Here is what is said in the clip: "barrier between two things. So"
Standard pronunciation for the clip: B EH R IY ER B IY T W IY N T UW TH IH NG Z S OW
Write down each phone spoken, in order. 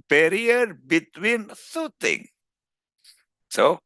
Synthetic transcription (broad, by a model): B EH R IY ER B IY T W IY N S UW T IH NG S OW